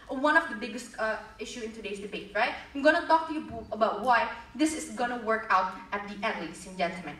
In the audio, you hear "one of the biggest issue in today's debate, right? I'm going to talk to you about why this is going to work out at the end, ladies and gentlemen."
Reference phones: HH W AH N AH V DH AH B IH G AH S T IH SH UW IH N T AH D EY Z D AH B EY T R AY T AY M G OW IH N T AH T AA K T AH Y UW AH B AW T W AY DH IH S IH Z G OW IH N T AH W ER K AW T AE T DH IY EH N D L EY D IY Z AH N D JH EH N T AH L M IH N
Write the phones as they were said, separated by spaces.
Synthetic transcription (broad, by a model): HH W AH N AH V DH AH B IH G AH S T IH SH UW IH N T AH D EY S D AH B EY T R AY T AY M G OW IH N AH T AA K T AH Y UW AH B AW T W AY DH IH S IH S G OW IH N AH W ER K AW T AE T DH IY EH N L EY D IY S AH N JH EH N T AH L M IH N